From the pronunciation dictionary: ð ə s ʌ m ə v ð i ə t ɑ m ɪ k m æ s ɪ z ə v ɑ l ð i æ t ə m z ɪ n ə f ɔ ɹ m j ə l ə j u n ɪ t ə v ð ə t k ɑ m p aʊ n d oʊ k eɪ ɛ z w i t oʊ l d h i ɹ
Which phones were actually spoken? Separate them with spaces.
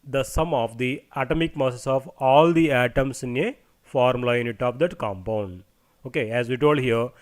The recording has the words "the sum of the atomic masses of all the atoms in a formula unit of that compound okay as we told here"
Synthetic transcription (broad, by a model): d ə s ʌ m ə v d i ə t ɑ m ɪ k m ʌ s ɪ s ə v ɑ l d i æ t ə m s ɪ n ə f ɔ ɹ m l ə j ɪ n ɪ t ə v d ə t k ɑ m p aʊ n d oʊ k eɪ ɛ z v i t oʊ l d h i ɹ